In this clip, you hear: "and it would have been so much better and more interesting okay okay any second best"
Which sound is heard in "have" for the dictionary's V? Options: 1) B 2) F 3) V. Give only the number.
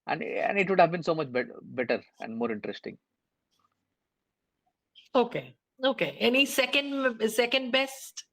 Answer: 3